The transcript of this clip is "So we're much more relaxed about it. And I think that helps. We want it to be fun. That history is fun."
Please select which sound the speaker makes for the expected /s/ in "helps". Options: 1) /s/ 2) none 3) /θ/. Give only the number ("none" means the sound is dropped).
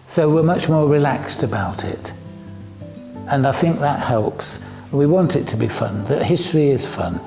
1